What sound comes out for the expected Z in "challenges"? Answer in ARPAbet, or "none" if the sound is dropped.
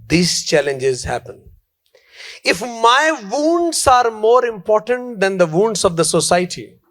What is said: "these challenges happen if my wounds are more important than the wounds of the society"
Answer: Z